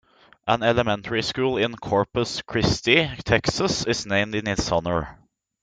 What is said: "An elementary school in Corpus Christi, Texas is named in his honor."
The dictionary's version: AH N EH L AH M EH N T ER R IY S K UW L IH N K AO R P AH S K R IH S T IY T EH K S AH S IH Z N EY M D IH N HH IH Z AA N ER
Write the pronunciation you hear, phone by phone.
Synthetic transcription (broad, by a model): AH N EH L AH M EH N T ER R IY S K UW L IH N K AO R P AH S K R IH S T IY T EH K S AH S IH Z N EY M D IH N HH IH S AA N ER